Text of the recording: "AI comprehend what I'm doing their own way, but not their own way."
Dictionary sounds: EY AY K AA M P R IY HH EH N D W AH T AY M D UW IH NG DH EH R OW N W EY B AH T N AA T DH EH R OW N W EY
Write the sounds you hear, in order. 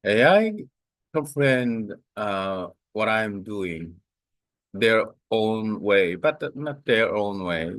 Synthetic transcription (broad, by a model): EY AY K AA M F R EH N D W AH T AY M D UW IH NG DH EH R OW N W EY B AH T N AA T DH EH R OW N W EY